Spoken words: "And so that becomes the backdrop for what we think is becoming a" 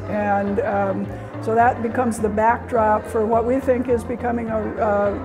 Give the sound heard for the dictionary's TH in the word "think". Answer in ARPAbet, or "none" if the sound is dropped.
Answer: TH